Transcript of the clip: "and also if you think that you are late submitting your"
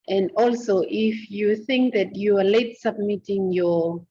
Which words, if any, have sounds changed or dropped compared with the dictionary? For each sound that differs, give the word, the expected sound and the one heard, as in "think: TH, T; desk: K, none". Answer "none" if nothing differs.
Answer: none